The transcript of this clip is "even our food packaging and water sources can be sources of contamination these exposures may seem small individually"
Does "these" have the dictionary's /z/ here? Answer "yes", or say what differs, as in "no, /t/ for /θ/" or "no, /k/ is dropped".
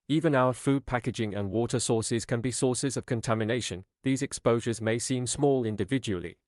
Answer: yes